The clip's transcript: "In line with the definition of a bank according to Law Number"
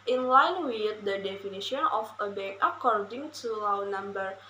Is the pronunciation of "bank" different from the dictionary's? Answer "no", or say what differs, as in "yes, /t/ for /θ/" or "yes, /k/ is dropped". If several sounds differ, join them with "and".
yes, /ŋ/ is dropped